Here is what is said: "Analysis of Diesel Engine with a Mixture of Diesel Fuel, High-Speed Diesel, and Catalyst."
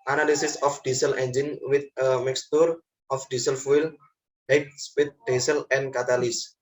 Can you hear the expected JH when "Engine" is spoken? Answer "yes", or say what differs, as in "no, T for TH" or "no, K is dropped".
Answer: yes